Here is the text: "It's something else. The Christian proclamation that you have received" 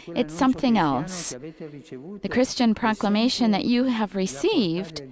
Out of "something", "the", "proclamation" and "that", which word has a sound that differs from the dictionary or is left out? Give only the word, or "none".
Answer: none